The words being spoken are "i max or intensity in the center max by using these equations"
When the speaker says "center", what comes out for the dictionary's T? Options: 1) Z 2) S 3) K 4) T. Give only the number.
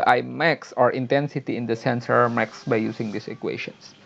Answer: 2